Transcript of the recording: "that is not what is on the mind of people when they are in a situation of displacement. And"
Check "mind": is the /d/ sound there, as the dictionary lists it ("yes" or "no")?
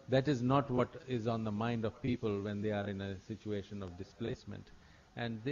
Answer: yes